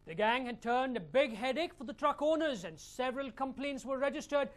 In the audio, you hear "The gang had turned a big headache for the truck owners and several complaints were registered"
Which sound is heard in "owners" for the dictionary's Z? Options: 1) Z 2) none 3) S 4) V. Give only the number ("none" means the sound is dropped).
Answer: 1